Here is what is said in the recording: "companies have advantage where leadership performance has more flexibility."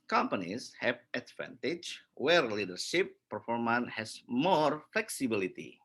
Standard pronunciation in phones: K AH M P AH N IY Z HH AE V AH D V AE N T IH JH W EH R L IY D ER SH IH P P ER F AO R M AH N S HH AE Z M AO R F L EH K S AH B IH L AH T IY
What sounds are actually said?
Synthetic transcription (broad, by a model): K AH M P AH N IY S HH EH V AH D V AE N T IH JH W EH R L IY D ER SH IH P P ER F AO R M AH N HH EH S M AO R F L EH K S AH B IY L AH T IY